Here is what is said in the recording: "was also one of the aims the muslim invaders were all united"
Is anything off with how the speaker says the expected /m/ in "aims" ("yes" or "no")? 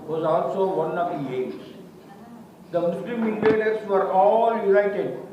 yes